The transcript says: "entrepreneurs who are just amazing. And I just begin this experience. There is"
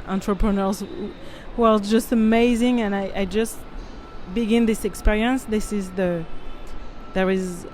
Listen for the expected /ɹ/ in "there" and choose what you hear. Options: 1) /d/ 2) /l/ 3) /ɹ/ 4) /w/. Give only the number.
3